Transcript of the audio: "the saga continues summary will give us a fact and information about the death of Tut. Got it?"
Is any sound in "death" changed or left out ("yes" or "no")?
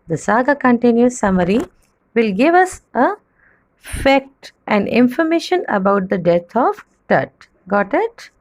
yes